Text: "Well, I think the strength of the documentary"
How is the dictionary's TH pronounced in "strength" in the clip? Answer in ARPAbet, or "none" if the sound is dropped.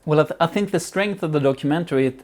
TH